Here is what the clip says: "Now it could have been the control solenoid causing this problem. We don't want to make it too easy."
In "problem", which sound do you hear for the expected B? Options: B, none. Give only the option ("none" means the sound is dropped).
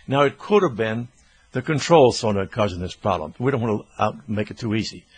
none